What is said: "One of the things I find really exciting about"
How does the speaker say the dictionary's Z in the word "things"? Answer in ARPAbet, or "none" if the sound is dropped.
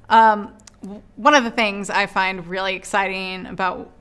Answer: Z